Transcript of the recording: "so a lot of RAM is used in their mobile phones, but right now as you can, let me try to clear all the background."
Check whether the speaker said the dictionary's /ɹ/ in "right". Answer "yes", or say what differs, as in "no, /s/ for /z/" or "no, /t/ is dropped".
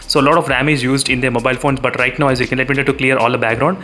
yes